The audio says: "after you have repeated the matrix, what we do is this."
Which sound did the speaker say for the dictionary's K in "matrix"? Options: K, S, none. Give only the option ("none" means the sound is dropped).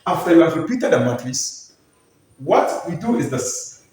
none